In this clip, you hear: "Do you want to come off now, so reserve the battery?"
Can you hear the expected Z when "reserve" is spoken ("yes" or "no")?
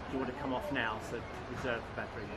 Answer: yes